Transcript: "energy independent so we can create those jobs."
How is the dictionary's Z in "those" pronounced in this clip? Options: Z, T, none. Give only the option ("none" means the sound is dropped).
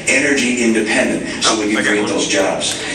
Z